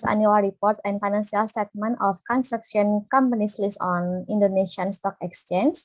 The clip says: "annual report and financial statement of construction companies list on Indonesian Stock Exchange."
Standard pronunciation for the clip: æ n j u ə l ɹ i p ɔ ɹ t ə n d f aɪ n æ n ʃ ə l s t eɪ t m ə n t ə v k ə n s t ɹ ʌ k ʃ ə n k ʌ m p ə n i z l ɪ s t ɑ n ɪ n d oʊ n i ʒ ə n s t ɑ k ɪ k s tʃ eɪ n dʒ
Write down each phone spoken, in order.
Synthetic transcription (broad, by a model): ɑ n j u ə l ɹ i p ɔ ɹ t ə n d f aɪ n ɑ n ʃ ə l s t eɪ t m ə n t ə f k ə n s t ɹ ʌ k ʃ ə n k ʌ m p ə n i s l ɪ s ɑ n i n d oʊ n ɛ ʃ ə n s t ɑ k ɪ k s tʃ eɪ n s